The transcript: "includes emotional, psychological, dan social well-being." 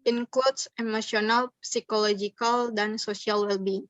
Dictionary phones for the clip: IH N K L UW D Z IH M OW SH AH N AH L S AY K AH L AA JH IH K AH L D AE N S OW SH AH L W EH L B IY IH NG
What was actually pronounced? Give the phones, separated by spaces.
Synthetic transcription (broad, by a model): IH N K L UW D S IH M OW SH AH N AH L S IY K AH L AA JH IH K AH L D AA N S OW S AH L W EH L B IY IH NG